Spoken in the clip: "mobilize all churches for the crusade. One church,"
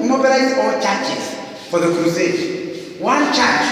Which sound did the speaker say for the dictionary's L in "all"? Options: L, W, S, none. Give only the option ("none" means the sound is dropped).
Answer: W